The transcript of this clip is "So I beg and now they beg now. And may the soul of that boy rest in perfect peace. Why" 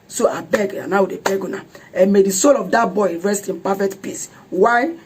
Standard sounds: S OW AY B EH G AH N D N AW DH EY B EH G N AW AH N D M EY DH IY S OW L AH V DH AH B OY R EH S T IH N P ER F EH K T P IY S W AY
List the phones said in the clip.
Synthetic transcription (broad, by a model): S OW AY B EH G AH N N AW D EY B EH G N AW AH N M EY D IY S OW L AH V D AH B OY R EH S T IH N P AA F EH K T P IY S W AY